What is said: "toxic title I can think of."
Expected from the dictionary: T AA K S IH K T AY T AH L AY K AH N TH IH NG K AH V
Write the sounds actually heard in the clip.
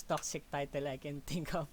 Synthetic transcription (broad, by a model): T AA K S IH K T AY T AH L AY K AH N T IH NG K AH